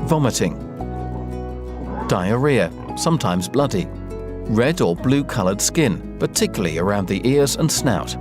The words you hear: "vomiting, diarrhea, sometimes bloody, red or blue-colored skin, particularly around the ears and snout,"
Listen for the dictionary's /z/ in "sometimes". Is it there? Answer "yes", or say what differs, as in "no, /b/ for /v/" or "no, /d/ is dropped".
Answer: yes